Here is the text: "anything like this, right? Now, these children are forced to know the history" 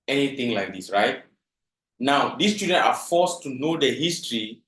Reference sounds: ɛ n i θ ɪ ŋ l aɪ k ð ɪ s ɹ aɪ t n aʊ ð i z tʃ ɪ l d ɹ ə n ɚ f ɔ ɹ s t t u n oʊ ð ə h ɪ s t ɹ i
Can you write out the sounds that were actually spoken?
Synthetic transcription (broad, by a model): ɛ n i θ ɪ ŋ l aɪ k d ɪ s ɹ aɪ t n aʊ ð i s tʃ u d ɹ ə n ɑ f ɔ s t t u n oʊ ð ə h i s t ɹ i